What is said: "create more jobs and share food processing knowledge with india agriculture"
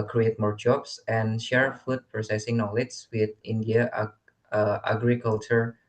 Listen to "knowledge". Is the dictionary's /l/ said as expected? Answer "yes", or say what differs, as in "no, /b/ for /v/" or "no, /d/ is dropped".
yes